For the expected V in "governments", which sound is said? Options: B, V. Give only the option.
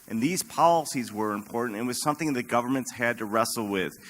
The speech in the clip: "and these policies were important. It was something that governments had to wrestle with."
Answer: V